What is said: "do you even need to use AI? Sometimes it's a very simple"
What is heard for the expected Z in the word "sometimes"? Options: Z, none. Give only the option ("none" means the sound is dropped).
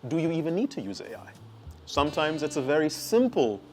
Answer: Z